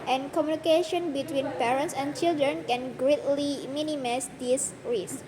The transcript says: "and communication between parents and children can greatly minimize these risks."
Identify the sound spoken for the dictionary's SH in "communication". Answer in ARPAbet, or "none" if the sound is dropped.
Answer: SH